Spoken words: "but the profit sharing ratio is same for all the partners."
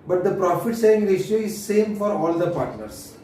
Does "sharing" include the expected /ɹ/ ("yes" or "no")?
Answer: no